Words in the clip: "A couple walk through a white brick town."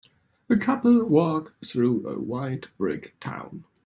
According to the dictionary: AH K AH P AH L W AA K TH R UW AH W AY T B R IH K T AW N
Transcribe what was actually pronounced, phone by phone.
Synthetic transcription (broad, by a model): AH K AH P AH L W AA K TH R UW AH W AY T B R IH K T AW N